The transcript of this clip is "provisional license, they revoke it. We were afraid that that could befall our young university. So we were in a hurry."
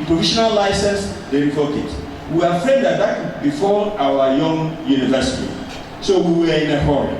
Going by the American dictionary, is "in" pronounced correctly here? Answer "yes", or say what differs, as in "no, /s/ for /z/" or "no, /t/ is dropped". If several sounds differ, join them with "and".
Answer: yes